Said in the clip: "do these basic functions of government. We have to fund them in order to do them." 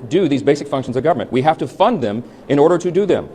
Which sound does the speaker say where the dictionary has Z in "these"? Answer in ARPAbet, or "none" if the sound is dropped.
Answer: Z